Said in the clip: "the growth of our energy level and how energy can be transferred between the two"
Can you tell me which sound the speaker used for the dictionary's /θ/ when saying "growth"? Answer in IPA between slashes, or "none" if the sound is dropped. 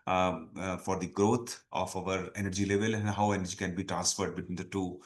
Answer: /t/